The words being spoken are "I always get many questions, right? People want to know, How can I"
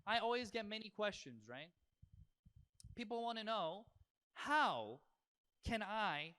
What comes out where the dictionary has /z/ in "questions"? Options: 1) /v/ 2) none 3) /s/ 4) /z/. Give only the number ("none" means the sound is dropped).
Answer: 4